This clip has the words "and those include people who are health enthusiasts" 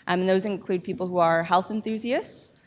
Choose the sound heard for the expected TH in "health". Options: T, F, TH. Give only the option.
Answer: TH